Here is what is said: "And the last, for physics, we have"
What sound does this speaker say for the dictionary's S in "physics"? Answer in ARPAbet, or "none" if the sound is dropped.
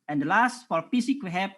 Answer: none